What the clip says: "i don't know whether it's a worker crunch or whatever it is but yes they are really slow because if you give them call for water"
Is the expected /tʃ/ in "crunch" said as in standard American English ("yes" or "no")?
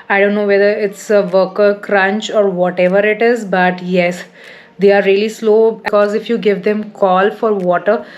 yes